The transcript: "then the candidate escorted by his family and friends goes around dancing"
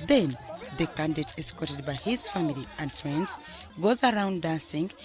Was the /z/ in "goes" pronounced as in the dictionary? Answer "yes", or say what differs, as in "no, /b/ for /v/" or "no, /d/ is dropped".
yes